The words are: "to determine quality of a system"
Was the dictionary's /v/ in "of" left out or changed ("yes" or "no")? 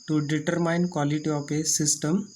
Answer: yes